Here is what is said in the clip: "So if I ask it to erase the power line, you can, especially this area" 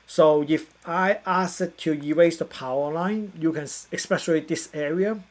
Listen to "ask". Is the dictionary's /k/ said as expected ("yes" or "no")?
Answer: no